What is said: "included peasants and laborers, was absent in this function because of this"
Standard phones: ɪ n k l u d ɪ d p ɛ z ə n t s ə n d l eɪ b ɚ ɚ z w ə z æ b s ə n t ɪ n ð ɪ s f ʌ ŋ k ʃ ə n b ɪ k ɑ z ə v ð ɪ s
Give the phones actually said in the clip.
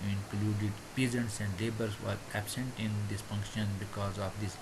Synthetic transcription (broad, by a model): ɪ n k l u d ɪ d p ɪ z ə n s ə n d l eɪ b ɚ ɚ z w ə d æ b s ə n t ɪ n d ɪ s f ʌ ŋ k ʃ ə n b ɪ k ɑ z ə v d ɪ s